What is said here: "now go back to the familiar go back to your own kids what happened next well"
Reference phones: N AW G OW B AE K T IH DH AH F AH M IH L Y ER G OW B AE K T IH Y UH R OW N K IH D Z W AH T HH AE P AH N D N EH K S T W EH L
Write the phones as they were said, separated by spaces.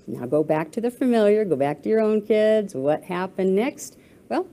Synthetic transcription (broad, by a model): N AW G OW B AE K T IH DH AH F AH M IH L Y ER G OW B AE K T IH Y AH R OW N K IH D Z W AH T HH AE P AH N N EH K S T W EH L